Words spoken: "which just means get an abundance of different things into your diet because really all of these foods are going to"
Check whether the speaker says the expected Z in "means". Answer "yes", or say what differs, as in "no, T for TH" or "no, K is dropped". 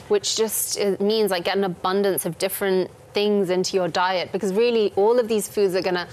yes